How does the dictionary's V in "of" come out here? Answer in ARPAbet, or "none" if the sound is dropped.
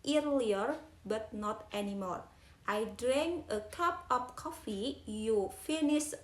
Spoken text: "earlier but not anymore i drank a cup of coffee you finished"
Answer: P